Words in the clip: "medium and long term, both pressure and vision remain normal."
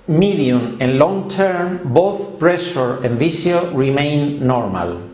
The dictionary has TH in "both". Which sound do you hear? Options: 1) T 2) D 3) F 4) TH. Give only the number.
4